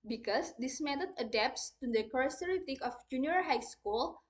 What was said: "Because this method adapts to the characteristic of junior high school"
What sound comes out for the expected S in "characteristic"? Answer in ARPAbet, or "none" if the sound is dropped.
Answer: none